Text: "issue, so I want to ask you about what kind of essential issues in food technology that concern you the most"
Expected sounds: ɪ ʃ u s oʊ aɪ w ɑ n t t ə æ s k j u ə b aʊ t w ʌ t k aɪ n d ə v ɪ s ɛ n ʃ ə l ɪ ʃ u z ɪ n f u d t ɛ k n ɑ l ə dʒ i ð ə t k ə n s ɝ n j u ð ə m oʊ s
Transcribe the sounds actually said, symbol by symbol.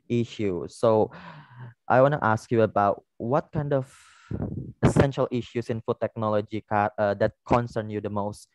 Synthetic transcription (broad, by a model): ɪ ʃ u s oʊ aɪ w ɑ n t t ə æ s k j u ə b aʊ t w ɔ t k aɪ n d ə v ɪ s ɛ n ʃ ə l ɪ ʃ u s ɪ n f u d t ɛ k n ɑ l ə dʒ i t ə t k ə n s ɝ n j u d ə m oʊ s